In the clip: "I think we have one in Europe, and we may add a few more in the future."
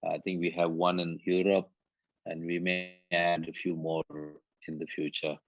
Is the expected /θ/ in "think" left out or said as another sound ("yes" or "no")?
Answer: yes